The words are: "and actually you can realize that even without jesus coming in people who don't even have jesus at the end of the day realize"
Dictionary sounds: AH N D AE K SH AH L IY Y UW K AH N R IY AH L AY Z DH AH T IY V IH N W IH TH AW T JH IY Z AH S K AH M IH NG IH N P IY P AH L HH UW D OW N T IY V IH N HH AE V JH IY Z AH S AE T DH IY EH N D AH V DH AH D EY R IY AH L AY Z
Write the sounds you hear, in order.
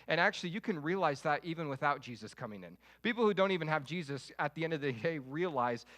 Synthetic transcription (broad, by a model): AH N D AE K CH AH L IY Y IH K AH N R IY AH L AY Z DH AH T IY V IH N W IH TH AW T JH IY Z AH S K AH M IH NG IH N P IY P L HH UW D OW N T IY V IH N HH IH V JH IY Z AH S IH T DH IY EH N D AH V DH AH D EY R IY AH L AY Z